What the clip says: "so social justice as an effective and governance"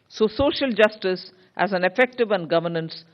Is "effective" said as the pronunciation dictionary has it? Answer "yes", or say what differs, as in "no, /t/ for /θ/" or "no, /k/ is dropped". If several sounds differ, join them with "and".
yes